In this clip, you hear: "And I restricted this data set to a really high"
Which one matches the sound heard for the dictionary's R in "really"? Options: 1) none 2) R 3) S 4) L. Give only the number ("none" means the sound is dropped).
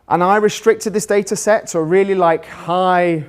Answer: 4